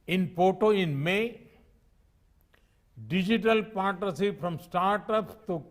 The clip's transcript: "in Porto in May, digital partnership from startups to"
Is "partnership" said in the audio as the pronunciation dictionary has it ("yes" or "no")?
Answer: no